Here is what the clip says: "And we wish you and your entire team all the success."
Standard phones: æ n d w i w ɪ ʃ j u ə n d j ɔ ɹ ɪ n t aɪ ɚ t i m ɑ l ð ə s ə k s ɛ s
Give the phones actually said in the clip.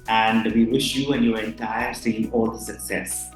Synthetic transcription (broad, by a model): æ n d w i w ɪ ʃ j u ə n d j ɔ ɹ ɪ n t aɪ ɚ s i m ɑ l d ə s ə k s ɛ s